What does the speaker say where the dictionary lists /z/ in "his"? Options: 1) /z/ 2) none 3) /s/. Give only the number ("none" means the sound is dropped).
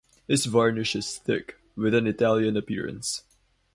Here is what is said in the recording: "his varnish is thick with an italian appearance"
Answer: 3